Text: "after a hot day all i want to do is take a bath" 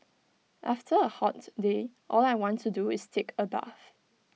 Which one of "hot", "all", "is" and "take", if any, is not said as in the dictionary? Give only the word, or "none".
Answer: is